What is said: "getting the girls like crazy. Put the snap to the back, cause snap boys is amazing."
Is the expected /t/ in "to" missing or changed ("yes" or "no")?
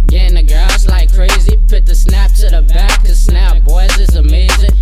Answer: yes